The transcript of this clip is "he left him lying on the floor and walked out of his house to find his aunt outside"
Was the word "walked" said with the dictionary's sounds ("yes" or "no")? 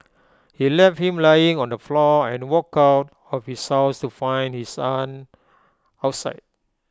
no